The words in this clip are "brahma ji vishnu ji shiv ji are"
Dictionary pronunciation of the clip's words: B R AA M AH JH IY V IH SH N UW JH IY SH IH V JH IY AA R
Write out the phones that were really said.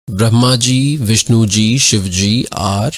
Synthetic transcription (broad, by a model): B R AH M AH JH IY V IH SH N UW JH IY SH IH V JH IY AA R